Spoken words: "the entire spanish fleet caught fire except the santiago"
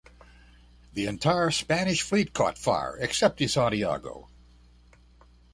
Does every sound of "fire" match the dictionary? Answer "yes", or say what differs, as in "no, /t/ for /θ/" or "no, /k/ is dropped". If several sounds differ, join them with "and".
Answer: yes